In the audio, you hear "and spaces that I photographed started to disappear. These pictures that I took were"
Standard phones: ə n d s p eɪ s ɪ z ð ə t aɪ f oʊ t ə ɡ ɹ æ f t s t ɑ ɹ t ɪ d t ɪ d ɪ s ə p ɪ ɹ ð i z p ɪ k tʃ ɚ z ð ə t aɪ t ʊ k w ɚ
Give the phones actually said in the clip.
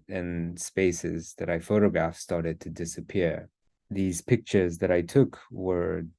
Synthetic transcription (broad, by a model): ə n s p eɪ s ɪ z ð ə t aɪ f oʊ t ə ɡ ɹ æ f s t ɑ ɹ t ɪ d t ɪ d ɪ s ə p ɪ ɹ ð i z p ɪ k tʃ ɚ z ð ə t aɪ t ʊ k w ɚ